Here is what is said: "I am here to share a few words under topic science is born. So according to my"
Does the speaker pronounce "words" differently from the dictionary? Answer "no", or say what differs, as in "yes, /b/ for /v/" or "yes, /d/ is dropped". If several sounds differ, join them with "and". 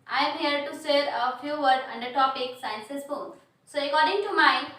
yes, /z/ is dropped